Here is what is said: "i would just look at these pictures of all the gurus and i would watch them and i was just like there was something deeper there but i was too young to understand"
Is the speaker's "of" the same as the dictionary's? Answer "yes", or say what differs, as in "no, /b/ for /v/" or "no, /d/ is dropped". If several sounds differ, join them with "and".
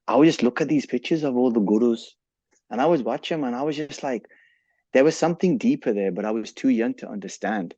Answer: yes